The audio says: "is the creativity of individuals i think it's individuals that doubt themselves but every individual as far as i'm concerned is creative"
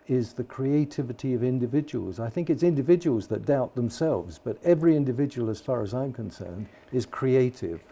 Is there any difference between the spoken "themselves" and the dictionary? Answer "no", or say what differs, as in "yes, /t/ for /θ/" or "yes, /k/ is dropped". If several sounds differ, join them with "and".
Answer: no